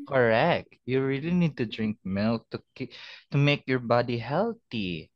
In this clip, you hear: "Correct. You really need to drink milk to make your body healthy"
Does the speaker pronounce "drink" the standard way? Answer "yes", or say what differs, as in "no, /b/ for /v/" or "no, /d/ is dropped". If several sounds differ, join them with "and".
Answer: yes